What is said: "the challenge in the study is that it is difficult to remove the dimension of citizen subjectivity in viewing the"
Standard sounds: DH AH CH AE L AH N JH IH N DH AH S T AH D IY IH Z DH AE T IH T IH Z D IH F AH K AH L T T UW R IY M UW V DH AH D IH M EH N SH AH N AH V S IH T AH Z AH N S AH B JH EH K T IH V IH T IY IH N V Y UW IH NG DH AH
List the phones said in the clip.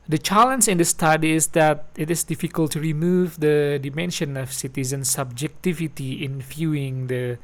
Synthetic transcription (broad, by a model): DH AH CH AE L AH N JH IH N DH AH S T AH D IY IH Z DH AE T IH T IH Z D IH F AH K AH L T T UW R IY M UW V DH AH D IH M EH N SH AH N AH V S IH T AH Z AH N S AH B JH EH K T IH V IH T IY IH N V Y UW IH NG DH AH